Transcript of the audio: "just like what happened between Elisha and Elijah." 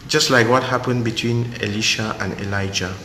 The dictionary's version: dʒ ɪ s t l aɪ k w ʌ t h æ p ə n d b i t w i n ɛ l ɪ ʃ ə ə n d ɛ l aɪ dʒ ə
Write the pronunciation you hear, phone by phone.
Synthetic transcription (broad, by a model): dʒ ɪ s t l aɪ k w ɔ t h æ p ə n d b i t w i n ɛ l ɪ ʃ ə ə n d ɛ l aɪ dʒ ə